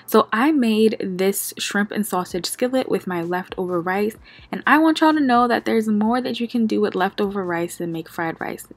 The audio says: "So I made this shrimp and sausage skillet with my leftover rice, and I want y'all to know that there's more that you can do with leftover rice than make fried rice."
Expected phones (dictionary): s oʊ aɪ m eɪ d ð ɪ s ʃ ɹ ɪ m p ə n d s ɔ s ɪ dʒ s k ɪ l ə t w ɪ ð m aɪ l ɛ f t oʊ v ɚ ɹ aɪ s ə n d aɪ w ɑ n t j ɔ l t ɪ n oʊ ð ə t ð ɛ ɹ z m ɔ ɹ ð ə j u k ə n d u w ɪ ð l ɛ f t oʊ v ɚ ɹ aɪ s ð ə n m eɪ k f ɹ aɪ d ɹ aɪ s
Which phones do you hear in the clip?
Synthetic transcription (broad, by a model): s oʊ aɪ m eɪ d ð ɪ s ʃ ɹ ɪ m p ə n s ɔ s ɪ dʒ s k ɪ l ə t w ɪ ð m aɪ l ɛ f t oʊ v ɚ ɹ aɪ s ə n aɪ w ɑ n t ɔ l t ɪ n oʊ ð ə t ð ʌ ɹ z m ɔ ɹ ð ə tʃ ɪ k ə n d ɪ w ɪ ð l ɛ f t oʊ v ɚ ɹ aɪ s ð ə n m eɪ k f ɹ aɪ d ɹ aɪ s